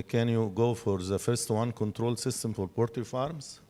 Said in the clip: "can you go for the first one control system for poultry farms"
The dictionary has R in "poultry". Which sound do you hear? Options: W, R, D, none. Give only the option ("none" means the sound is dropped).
none